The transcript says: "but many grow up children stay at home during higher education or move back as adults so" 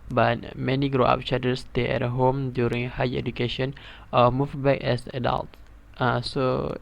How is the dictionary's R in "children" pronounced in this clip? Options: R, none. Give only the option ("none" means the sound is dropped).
none